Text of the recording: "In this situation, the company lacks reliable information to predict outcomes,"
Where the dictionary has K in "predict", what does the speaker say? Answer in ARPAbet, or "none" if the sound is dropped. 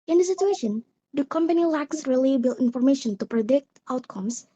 K